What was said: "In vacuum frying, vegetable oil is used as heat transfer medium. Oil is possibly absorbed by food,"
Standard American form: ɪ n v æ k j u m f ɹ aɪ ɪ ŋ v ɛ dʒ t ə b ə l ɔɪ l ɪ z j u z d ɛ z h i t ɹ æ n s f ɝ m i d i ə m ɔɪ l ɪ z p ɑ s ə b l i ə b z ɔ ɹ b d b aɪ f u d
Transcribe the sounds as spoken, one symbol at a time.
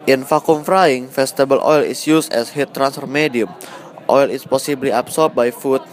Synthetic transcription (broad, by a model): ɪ n f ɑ k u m f ɹ aɪ ɪ ŋ f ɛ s t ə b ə l ɔɪ l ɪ s j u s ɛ s h i t ɹ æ n s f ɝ m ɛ d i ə m ɔɪ l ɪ s p ɑ s ə b l i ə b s ɔ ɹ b b aɪ f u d